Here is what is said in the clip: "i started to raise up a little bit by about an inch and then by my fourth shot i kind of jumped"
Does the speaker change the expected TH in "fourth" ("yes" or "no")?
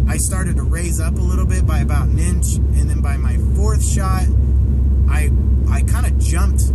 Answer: no